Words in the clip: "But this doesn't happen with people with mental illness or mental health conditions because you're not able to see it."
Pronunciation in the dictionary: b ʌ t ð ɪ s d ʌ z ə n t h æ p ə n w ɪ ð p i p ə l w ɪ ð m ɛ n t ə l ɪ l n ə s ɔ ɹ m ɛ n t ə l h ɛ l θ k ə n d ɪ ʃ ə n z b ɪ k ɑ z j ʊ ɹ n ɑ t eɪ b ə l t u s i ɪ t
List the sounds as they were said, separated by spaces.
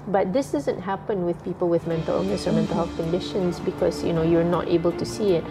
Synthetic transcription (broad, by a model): b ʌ t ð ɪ s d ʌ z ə n t h æ p ə n w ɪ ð p i p ə l w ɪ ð m ɛ n t ə l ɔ n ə s ɔ ɹ m ɛ n t ə l h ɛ l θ k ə n d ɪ ʃ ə n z b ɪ k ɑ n j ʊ ɹ n ɑ t eɪ b ə l t u s i ɪ t